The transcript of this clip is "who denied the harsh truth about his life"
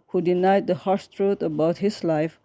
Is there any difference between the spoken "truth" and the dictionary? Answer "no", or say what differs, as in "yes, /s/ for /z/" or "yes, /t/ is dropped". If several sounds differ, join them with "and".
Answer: yes, /t/ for /θ/